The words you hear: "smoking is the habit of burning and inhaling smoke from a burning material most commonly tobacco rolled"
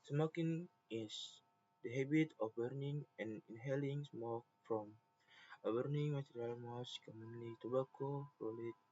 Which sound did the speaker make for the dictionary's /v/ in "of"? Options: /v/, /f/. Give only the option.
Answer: /f/